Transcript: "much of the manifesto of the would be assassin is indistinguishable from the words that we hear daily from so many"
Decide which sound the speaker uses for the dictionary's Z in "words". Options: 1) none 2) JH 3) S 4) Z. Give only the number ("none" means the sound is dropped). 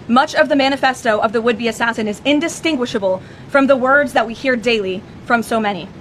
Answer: 4